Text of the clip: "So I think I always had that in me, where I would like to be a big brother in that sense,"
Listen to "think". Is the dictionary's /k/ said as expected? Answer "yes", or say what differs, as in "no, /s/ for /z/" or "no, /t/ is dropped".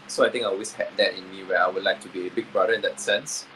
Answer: no, /k/ is dropped